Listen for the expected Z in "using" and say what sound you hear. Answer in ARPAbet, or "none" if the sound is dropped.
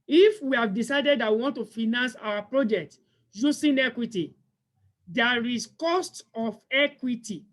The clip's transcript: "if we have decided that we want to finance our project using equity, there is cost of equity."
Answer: S